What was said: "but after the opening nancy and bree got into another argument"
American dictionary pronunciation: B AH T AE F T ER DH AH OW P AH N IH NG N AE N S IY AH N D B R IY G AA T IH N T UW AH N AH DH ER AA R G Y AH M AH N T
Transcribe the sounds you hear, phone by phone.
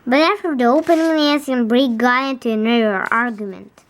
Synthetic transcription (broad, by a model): B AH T AE F T ER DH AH OW P AH N IH NG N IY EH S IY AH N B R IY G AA IH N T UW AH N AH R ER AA R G Y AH M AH N T